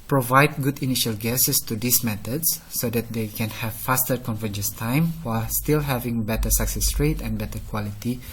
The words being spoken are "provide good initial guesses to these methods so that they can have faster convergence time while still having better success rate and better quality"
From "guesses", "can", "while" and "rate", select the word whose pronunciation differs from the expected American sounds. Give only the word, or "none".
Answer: guesses